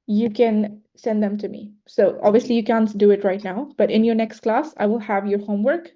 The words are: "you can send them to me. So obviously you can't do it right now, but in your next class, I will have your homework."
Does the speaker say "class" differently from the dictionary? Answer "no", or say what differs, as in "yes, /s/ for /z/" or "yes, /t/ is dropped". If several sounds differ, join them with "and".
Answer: no